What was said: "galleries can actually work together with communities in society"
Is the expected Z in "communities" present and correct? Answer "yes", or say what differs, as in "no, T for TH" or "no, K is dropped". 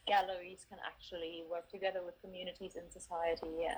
yes